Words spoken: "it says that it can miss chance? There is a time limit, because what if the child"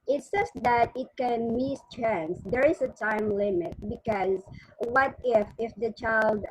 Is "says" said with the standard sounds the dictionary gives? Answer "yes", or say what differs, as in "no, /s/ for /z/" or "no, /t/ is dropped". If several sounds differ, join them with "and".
no, /s/ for /z/